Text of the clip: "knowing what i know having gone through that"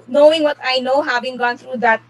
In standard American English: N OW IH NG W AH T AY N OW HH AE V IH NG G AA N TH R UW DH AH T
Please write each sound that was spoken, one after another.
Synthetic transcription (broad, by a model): N OW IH NG W AH T AY N OW HH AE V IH NG G AA N T R UW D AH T